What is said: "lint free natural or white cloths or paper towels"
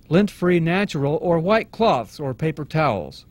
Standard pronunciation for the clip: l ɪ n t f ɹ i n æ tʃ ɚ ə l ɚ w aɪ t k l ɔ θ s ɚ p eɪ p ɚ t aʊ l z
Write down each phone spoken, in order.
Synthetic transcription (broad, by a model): l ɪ n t f ɹ i n æ tʃ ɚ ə l ɚ w aɪ t k l ɔ θ s ɚ p eɪ p ɚ t aʊ l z